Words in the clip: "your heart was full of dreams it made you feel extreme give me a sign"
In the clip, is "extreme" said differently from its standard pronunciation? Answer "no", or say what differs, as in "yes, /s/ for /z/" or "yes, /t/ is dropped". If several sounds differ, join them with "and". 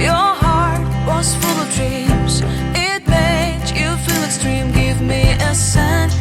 no